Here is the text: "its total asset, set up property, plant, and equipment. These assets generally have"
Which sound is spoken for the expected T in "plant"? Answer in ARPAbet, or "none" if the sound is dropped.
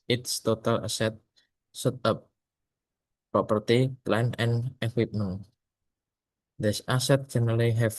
none